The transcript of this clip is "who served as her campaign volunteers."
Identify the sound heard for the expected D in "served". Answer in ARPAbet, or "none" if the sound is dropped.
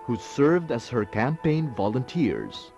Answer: D